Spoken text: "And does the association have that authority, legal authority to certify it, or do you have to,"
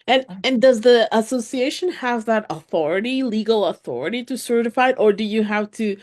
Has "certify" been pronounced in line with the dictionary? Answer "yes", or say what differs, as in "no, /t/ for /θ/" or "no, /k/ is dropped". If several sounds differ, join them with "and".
yes